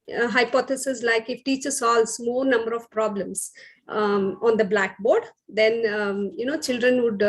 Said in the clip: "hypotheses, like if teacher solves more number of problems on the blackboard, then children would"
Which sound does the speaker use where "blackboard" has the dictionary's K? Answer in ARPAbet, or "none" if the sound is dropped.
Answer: K